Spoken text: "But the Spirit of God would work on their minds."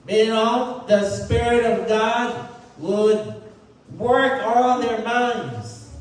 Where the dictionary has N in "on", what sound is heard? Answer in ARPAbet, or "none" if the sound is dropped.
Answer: L